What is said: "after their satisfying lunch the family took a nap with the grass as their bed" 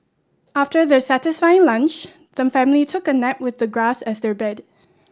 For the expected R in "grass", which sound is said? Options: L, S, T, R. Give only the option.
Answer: R